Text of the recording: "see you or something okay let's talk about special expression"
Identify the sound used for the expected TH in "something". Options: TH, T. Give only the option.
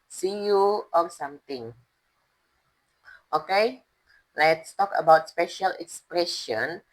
T